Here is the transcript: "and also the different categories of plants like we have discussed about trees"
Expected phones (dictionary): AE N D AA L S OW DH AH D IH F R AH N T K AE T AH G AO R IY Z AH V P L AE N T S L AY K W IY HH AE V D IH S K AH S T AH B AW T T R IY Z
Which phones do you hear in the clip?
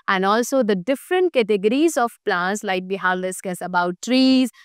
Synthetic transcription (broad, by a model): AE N D AA L S OW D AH D IH F R AH N T K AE T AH G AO R IY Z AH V P L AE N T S L AY K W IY HH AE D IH S K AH S AH B AW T T R IY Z